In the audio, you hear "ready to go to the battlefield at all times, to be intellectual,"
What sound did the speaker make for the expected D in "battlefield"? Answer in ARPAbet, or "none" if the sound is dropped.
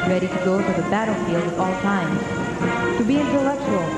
none